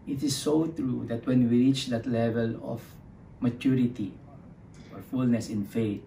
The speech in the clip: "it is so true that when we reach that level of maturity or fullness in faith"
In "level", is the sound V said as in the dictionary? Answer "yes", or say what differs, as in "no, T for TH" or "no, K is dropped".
yes